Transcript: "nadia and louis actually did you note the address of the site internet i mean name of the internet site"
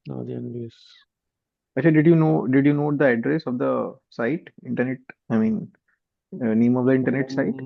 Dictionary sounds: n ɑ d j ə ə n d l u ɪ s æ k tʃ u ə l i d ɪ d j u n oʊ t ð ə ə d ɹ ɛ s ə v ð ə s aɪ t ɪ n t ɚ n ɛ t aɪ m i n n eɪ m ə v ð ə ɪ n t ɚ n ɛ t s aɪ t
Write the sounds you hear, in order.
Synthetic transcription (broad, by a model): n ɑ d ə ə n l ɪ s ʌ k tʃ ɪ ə n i d ɪ d j u n oʊ t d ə ə d ɹ ɛ s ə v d ə s aɪ t ɪ n t ɚ n ɛ t aɪ m i n n eɪ m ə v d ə ɪ n t ɚ n ɛ t s aɪ t